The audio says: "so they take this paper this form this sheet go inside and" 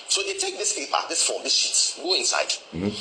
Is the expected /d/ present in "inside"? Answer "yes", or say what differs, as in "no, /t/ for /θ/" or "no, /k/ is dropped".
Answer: no, /d/ is dropped